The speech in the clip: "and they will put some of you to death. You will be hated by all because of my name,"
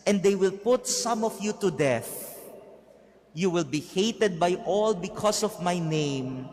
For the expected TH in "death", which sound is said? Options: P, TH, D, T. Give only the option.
TH